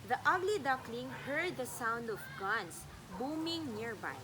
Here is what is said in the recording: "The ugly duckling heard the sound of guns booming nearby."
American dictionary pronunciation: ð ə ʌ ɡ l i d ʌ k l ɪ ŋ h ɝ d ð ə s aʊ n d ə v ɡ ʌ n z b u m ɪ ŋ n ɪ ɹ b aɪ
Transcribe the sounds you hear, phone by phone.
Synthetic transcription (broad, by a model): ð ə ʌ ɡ l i d ʌ k l ɪ ŋ h ɝ d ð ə s aʊ n d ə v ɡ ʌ n s b u m ɪ ŋ n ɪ ɹ b aɪ